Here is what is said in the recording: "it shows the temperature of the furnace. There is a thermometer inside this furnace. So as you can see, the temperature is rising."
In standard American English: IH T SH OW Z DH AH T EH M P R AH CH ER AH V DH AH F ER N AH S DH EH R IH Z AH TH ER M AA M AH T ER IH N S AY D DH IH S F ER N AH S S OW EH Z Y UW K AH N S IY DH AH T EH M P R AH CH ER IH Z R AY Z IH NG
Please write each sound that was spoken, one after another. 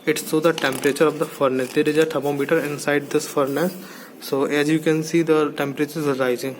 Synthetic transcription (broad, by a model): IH T S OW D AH T EH M P R AH CH ER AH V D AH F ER N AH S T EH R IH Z AH T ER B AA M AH T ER IH N S AY D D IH S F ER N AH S S OW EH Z Y UW K AH N S IY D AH T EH M P R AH CH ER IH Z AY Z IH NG